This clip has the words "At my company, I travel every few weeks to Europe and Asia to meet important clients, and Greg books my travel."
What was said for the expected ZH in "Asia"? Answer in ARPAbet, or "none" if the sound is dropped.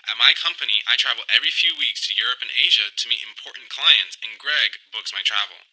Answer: ZH